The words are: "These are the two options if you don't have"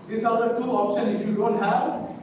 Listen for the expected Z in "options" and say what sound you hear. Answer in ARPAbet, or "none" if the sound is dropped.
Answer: none